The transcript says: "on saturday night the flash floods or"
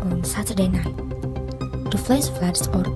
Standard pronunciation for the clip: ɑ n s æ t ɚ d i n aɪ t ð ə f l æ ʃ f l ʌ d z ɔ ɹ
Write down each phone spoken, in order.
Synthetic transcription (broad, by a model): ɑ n s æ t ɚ d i n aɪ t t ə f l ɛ s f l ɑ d s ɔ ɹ